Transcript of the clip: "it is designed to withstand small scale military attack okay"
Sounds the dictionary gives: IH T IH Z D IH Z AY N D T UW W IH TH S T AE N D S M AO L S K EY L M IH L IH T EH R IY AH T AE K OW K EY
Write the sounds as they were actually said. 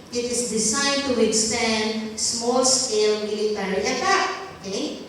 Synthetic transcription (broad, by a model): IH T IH S D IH S AY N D T UW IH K S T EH N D S M AO L S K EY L M IH L IH T EH R IY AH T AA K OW K EY